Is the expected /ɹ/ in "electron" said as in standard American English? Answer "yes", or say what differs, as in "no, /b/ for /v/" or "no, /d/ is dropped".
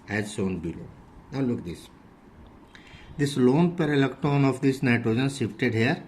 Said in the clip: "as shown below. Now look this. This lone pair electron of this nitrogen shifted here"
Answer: no, /ɹ/ is dropped